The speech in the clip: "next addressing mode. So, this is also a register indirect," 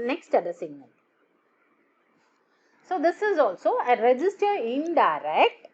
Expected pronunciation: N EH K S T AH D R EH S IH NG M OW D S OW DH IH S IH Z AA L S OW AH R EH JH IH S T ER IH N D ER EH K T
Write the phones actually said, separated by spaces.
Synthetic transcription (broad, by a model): N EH K S T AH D AH S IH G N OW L S OW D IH S IH Z AA L S OW AH R EH JH IH S T ER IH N D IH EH K T